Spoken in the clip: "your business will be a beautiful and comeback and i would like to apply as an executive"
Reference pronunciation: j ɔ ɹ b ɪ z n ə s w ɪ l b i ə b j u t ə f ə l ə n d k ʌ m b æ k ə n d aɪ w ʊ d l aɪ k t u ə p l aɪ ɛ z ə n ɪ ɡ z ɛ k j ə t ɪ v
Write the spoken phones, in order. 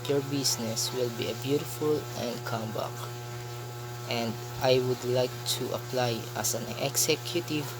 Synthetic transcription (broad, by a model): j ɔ ɹ b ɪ s n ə s w ɪ l b i ə b j u t ə f ə l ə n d k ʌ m b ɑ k ə n d aɪ w ʊ d l aɪ k t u ə p l aɪ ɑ s ə n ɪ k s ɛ k j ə t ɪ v